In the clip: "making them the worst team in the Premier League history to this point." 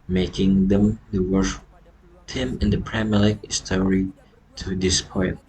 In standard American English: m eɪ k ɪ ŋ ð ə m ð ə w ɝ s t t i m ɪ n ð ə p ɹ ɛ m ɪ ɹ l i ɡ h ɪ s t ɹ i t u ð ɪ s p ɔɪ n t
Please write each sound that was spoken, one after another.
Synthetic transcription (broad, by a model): m eɪ k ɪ ŋ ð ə m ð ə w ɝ ʃ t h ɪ m ɪ n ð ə p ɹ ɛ m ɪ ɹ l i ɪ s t ɹ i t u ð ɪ s p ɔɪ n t